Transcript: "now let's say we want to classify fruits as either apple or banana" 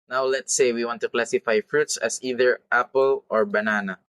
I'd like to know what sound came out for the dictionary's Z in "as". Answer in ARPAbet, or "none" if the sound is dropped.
S